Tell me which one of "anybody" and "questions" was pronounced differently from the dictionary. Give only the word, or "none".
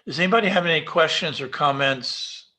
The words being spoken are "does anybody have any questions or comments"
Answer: none